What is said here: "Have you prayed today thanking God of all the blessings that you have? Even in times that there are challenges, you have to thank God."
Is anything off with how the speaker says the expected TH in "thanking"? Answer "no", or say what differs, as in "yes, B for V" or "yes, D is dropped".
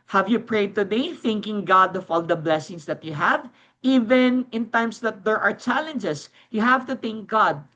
no